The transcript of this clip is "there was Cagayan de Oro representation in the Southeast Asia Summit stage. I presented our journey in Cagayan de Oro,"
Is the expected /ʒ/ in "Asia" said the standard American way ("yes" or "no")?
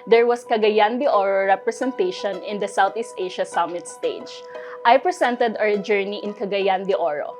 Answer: no